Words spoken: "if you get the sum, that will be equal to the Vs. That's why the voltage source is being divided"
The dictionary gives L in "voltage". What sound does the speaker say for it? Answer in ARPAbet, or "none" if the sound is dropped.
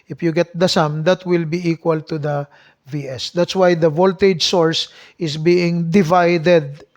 L